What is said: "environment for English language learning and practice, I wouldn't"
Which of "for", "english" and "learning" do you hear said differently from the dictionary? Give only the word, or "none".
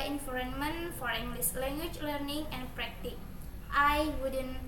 english